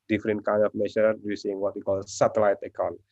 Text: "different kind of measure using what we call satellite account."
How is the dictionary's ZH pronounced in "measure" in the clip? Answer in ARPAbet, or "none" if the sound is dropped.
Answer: S